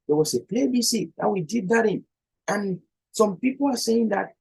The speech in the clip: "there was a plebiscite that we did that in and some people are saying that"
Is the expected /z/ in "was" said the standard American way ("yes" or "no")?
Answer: no